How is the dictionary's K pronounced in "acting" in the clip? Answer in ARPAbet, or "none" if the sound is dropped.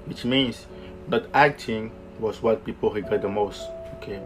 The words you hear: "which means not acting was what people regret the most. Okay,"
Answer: K